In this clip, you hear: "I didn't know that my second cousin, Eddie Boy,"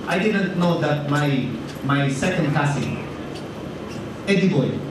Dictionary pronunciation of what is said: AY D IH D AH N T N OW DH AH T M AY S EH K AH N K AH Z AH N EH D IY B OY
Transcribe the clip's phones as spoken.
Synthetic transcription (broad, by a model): AY D IH D AH N T N OW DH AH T M AY S EH K AH N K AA S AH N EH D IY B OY